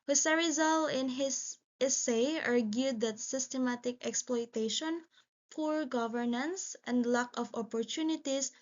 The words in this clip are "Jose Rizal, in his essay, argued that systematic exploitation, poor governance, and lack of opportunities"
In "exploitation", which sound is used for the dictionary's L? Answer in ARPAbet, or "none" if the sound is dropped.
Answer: L